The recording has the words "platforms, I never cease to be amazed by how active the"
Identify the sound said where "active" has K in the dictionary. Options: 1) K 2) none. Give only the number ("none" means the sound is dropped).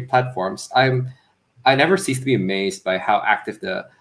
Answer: 1